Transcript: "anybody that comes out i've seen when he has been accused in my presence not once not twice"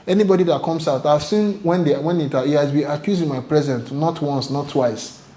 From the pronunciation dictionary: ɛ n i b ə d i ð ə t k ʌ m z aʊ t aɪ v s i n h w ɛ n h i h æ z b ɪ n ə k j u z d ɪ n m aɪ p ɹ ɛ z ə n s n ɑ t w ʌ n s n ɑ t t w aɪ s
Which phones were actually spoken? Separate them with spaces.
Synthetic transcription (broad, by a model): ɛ n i b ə d i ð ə t k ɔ m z aʊ t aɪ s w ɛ n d w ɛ n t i h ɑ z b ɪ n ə k j u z ɪ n m aɪ p ɹ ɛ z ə n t n ɑ t w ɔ n s n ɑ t t w aɪ s